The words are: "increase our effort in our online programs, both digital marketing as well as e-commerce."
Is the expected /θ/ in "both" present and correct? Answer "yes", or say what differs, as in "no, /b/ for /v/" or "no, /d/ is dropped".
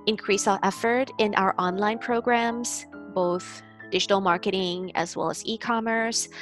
yes